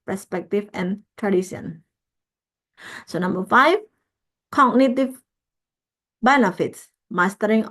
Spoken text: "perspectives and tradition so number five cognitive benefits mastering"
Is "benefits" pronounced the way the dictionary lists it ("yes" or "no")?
yes